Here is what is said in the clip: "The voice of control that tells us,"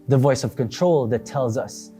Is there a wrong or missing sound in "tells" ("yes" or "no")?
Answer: no